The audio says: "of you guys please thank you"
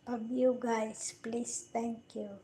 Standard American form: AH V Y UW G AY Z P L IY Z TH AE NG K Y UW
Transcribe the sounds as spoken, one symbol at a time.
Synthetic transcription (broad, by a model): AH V Y UW G AY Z P L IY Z T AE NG K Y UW